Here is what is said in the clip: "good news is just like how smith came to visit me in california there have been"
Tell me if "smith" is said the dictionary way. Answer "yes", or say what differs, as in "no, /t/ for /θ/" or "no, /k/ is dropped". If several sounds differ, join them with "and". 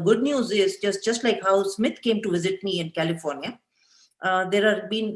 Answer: no, /t/ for /θ/